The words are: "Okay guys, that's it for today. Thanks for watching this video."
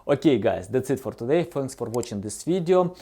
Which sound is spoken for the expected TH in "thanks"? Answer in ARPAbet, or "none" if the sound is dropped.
F